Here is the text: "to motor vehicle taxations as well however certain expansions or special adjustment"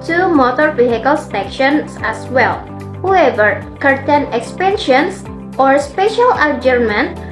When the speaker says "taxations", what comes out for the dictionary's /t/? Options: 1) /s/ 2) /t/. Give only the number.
1